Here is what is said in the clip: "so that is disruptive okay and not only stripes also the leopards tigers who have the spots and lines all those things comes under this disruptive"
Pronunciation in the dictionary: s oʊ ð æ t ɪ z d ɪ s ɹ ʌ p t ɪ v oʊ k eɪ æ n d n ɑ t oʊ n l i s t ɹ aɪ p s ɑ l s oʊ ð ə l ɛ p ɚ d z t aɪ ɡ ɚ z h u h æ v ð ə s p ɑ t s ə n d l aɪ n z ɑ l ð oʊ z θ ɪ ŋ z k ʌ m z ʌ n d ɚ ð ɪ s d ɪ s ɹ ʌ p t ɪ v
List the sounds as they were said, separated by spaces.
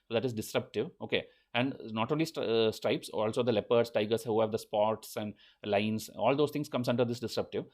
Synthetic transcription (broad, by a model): s oʊ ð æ t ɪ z d ɪ s ɹ ʌ p t ɪ v oʊ k eɪ æ n d n ɑ t oʊ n l i s t ɹ aɪ p s ɑ l s oʊ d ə l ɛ p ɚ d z t aɪ ɡ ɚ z h u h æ v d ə s p ɑ t s ə n d l aɪ n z ɑ l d oʊ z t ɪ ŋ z k ʌ m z ʌ n d ɚ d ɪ s d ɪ s ɹ ʌ p t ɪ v